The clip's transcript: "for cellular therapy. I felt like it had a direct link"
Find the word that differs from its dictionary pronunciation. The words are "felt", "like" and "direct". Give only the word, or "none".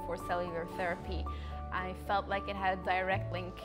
none